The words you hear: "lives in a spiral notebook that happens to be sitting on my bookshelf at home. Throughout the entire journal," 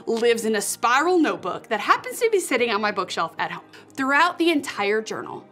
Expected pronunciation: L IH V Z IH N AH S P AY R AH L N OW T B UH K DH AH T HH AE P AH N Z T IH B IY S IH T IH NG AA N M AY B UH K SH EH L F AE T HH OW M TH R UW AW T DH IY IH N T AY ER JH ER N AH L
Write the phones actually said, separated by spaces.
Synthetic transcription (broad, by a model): L IH V Z IH N AH S P AY R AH L N OW T B UH K DH AH T HH AE P AH N Z T IH B IY S IH T IH NG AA N M AY B UH K SH EH L F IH T HH OW M TH R UW AW T DH IY IH N T AY ER JH ER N L